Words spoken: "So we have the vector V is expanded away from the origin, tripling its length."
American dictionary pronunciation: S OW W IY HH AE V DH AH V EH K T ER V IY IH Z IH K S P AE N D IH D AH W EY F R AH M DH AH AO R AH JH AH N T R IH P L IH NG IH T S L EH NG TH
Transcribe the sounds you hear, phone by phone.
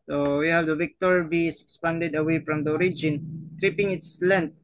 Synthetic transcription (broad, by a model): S OW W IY HH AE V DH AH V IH K T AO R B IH S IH K S P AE N D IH D AH W EY F R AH M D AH AO R AH JH AH N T R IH P IH NG IH T S L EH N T